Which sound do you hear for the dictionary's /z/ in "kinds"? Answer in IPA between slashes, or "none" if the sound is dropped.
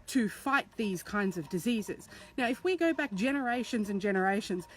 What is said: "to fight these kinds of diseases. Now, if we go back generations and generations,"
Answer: /z/